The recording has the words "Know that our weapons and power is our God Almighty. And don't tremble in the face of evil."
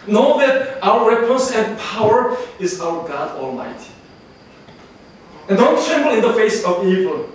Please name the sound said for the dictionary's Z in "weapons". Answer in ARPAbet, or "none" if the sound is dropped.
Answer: S